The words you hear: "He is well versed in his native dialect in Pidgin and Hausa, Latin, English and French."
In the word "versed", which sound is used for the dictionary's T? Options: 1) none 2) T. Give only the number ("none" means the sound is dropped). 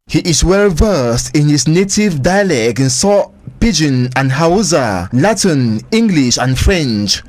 2